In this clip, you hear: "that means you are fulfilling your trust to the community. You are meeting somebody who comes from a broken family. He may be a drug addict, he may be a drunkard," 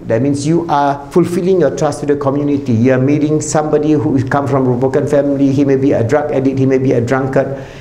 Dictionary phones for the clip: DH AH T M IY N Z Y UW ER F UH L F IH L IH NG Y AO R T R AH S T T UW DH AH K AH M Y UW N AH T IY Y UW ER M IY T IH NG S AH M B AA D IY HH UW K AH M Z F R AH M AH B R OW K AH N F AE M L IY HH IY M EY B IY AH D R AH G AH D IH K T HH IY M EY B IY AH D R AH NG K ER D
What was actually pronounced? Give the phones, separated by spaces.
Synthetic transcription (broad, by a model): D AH T M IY N S Y UW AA F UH L F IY L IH NG Y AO T R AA S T T UW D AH K AH M Y UW N AH T IY Y UW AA M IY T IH NG S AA M B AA D IY HH UW K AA M F R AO M AH B OW K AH N F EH M L IY HH IY M EY B IY AH D R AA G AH D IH T HH IY M EY B IY AH D R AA NG K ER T